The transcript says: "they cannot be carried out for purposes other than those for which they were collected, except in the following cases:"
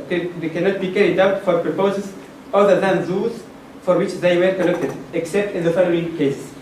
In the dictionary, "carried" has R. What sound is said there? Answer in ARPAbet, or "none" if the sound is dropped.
R